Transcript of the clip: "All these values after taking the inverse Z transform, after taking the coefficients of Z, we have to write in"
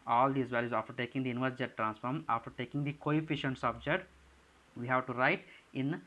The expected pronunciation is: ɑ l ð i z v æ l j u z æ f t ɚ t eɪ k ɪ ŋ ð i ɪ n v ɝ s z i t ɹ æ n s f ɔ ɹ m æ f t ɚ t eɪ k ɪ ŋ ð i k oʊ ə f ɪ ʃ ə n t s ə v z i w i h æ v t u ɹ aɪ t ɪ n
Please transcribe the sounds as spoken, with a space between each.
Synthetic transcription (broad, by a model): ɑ l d i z v æ l j u z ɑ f t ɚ t eɪ k ɪ ŋ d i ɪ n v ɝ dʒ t t ɹ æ n s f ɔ ɹ m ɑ f t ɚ t eɪ k ɪ ŋ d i k oʊ ə f ɪ ʃ ə n t s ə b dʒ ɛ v i h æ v t u ɹ aɪ t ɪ n